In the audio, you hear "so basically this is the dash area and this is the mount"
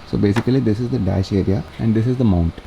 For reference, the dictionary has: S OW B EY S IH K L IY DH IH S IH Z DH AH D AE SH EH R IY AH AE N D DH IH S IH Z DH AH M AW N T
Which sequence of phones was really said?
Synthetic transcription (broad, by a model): S OW B EY S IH K L IY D IH S IH Z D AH D AE SH EH R IY AH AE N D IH S IH Z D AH M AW N T